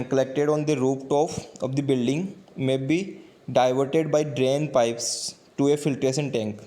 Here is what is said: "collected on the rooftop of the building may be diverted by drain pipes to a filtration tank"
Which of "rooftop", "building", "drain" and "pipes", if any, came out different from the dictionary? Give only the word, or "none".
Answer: rooftop